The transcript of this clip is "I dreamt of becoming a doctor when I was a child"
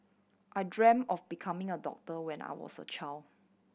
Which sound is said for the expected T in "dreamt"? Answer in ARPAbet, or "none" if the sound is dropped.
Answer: none